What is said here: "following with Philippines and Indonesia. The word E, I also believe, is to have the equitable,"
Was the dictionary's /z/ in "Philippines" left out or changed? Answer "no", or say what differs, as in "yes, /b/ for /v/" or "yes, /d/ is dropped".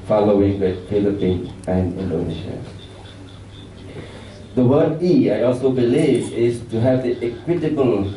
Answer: yes, /z/ is dropped